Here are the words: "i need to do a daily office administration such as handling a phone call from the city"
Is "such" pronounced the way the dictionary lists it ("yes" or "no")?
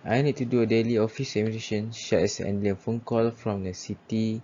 no